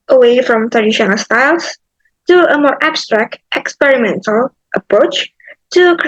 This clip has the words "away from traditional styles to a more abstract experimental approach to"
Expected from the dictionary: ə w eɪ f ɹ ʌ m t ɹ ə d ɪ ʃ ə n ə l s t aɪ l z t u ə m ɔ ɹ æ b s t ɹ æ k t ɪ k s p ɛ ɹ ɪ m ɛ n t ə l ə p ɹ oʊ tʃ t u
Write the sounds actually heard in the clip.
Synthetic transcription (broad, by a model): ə w eɪ f ɹ ʌ m t ɹ ə d ɪ ʃ ə n ə l s t aɪ l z t u ə m ɔ ɹ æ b s t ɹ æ k t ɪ k s p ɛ ɹ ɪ m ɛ n t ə l ə p ɹ oʊ tʃ t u